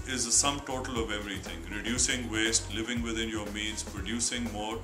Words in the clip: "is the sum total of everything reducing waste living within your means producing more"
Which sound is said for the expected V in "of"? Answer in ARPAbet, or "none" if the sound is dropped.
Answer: V